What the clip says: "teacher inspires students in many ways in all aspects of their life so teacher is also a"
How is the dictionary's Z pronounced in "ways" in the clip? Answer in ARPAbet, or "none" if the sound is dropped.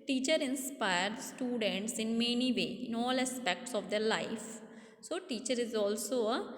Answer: none